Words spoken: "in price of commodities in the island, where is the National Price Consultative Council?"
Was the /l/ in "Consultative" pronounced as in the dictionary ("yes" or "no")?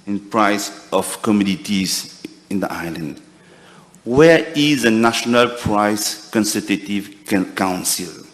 no